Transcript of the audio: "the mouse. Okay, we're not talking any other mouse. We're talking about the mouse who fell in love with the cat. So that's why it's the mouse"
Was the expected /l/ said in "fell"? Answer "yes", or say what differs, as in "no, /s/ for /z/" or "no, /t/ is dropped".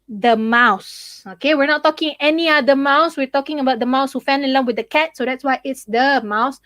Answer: no, /n/ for /l/